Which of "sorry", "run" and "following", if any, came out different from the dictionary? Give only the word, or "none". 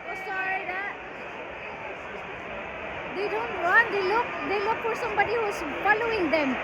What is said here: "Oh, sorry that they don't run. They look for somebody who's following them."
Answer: run